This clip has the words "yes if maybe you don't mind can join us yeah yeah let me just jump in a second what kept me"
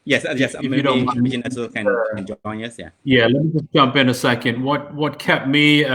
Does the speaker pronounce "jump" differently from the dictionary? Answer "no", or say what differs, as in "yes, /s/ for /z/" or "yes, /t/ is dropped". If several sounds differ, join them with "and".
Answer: no